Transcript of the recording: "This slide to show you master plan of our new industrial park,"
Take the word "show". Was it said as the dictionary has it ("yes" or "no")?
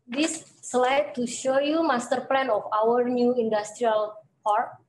yes